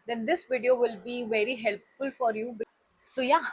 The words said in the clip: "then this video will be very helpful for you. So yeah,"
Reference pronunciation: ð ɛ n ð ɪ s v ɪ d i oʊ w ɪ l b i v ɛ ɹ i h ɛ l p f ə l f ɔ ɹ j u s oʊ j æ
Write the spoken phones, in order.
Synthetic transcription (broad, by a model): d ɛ n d ɪ s v ɪ d i oʊ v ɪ l b i v ɛ ɹ i h ɛ l p f ə l f ɔ ɹ j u s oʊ j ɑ